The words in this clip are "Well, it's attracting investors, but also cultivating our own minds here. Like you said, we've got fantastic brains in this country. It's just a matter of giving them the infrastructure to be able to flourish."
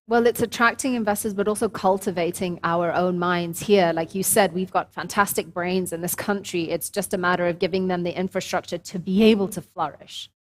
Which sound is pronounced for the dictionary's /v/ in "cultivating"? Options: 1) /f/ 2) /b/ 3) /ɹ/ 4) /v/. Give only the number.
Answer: 4